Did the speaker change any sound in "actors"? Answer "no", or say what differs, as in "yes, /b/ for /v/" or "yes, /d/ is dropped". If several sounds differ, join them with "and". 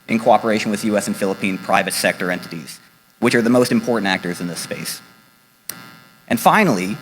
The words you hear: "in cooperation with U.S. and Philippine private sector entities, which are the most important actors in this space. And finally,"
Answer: no